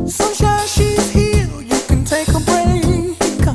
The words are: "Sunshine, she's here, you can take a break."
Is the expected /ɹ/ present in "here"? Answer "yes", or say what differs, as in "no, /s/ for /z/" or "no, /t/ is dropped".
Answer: no, /l/ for /ɹ/